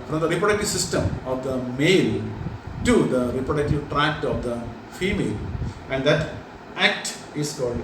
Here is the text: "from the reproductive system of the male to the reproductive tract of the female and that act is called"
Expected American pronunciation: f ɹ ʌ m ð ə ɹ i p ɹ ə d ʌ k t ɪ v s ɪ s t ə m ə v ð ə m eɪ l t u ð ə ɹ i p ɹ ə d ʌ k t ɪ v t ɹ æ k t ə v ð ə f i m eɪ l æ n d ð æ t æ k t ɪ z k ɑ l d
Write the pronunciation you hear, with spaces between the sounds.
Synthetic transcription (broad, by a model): f ɹ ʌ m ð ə ɹ i p ɹ ə d ʌ k t ɪ v s ɪ s t ə m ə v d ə m eɪ l t u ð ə ɹ i p ɹ ə d ʌ k t ɪ v t ɹ æ k t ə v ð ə f i m eɪ l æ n d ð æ t æ k t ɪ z k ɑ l d